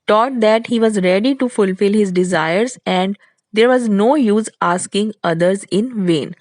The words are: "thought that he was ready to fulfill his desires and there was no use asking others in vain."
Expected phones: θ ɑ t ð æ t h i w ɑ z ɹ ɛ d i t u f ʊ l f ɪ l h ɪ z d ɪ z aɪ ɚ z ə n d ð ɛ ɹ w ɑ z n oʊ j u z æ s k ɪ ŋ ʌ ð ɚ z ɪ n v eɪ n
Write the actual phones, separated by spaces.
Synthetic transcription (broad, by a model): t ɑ t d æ t h i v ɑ z ɹ ɛ d i t u f ʊ l f ɪ l h ɪ z d ɪ z aɪ ɚ z ə n d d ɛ ɹ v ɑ z n oʊ j u z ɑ s k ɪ ŋ ʌ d ɚ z ɪ n v eɪ n